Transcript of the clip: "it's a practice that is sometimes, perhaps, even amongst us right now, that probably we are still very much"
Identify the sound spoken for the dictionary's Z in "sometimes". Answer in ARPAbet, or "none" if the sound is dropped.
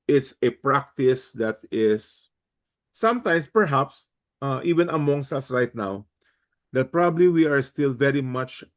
S